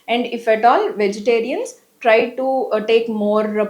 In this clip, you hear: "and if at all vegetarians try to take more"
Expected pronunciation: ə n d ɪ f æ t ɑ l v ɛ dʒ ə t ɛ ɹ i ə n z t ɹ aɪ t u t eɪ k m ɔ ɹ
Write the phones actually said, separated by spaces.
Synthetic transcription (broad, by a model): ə n d ɪ f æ t ɑ l v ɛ dʒ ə t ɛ ɹ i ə n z t ɹ aɪ t u t eɪ k m ɔ ɹ